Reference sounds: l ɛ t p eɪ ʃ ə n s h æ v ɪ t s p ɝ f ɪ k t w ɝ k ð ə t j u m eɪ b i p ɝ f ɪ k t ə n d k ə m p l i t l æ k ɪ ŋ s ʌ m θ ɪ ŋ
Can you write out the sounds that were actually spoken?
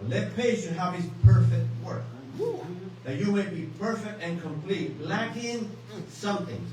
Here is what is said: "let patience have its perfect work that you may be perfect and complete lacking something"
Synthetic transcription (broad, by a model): l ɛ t p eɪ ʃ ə h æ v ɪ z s p ɝ f ɪ k t w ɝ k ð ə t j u m eɪ b i p ɝ f ɪ k t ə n k ə m p l i t l æ k ɪ ŋ s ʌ m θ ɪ ŋ